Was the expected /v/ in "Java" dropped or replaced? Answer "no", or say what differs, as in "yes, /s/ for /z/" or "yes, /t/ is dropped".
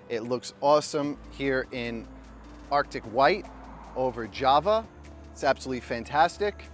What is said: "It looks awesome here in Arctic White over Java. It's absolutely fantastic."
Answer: no